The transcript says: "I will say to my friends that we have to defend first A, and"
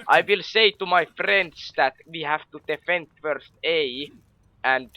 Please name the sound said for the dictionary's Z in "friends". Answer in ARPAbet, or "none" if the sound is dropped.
S